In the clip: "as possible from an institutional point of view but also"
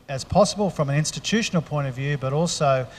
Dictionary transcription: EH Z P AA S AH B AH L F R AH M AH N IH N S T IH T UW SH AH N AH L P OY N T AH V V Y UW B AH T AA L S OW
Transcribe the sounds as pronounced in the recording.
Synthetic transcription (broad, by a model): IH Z P AA S AH B AH L F R AH M AH N IH N S T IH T UW SH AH N L P OY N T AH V V Y UW B AH T AA L S OW